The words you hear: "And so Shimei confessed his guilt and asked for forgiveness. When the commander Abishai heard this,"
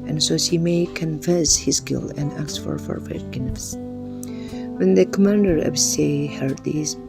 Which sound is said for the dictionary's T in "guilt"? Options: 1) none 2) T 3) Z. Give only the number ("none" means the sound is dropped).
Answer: 1